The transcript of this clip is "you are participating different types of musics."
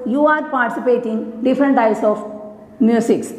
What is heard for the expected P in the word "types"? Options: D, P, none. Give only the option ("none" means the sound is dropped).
none